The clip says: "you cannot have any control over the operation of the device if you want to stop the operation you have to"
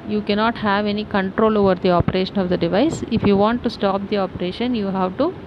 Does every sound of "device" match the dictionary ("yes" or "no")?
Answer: yes